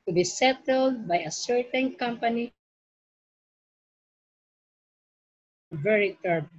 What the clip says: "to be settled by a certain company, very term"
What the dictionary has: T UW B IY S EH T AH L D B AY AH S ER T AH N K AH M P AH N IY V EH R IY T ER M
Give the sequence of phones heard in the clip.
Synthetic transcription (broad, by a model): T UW B IY S EH T AH L D B AY AH S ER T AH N K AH M P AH N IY V EH R IY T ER